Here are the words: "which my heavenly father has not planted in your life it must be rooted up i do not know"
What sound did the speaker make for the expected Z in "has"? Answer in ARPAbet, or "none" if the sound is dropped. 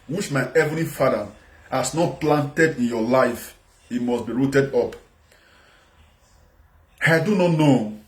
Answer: S